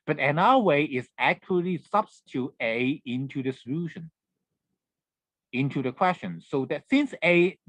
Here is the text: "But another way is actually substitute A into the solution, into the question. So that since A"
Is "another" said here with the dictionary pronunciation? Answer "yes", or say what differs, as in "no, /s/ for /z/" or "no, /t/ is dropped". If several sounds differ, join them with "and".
no, /ð/ is dropped